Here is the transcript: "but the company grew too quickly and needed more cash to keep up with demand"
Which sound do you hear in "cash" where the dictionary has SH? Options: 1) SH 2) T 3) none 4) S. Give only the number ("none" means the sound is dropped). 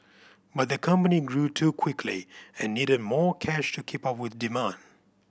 1